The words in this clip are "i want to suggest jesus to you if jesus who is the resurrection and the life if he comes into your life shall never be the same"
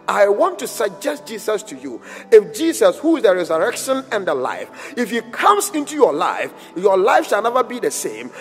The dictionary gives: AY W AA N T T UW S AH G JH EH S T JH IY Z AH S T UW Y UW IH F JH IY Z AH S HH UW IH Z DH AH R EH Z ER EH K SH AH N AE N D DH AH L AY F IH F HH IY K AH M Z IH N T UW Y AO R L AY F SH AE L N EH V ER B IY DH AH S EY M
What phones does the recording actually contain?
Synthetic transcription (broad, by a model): AY W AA N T T UW S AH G JH EH S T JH IY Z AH S T UW Y UW IH F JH IY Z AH S HH UW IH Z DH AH R EH Z ER EH K SH AH N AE N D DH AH L AY F IH F HH IY K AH M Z IH N T UW Y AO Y L AY F SH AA L N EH V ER B IY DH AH S EY M